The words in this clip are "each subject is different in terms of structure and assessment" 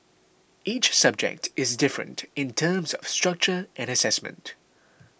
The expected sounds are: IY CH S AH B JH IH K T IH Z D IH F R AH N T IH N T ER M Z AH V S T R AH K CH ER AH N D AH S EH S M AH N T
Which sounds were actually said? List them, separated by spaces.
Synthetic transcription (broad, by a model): IY CH S AH B JH IH K T IH Z D IH F R AH N T IH N T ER M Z AH V S T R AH K CH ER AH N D AH S EH S M AH N T